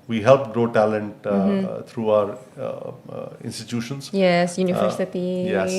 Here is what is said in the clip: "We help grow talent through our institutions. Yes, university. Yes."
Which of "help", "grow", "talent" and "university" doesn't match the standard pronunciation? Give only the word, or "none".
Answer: university